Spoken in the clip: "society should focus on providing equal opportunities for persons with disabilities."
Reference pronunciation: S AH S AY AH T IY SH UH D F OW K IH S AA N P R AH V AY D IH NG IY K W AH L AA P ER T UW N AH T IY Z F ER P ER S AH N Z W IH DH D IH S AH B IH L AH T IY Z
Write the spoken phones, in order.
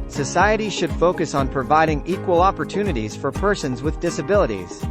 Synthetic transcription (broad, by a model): S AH S AY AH T IY SH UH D F OW K IH S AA N P R AH V AY D IH NG IY K W AH L AA P ER T UW N AH T IY Z F ER P ER S AH N Z W IH DH D IH S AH B IH L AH T IY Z